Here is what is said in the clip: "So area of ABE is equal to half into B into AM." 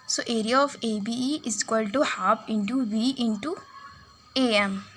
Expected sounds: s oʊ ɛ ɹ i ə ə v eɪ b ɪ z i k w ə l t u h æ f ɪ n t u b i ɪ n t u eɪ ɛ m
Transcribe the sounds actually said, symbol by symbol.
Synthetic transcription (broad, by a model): s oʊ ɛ ɹ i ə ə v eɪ b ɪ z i k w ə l t u h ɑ p ɪ n t u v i ɪ n t u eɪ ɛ m